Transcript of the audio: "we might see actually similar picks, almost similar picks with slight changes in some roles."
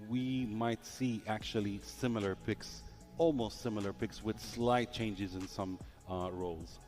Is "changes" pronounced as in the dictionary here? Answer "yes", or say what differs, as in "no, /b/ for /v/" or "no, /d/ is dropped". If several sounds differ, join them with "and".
yes